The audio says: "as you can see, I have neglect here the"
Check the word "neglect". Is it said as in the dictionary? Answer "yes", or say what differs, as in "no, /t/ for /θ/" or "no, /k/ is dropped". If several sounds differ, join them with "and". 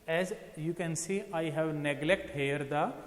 yes